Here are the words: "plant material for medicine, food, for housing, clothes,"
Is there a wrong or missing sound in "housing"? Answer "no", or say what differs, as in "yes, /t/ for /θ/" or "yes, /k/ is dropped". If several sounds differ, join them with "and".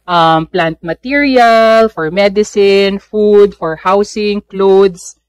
yes, /s/ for /z/